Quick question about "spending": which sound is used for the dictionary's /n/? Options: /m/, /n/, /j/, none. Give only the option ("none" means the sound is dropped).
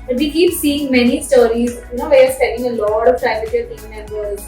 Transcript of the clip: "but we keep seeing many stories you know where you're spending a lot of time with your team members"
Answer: none